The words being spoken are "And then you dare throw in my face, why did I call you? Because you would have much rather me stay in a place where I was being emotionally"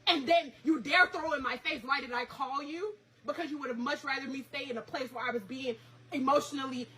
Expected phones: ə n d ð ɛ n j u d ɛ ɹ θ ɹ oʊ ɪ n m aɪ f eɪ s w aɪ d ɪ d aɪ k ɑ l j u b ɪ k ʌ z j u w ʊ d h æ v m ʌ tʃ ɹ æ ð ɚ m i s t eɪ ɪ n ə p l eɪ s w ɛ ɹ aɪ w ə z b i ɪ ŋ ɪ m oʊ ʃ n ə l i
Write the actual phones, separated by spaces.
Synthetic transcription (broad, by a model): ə n ð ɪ n j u d ɛ ɹ θ ɹ oʊ ɪ n m aɪ f eɪ s w aɪ d ɪ d aɪ k ɑ l j u b ɪ k ʌ z j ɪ w ʊ d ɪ v m ʌ tʃ ɹ æ ð ɚ m i s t eɪ ɪ n ə p l eɪ s w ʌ ɹ aɪ w ə z b i ɪ ŋ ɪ m oʊ ʃ n l i